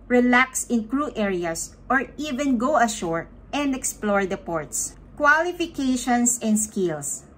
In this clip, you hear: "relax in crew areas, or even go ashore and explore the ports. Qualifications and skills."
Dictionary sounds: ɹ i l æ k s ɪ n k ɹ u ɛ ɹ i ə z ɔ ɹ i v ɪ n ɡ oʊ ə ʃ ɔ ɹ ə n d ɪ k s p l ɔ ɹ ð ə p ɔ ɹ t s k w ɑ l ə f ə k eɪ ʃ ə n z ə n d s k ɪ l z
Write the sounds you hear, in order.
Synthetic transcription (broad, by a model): ɹ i l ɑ k s ɪ n k ɹ u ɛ ɹ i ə s ɔ ɹ i v ɪ n ɡ oʊ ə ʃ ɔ ɹ ə n d ɪ k s p l ɔ ɹ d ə p ɔ ɹ t s k w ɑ l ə f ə k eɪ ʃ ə n s ə n d s k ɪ l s